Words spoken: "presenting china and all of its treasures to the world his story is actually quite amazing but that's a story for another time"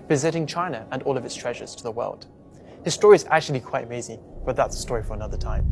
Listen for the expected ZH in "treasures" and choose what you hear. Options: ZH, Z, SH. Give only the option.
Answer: ZH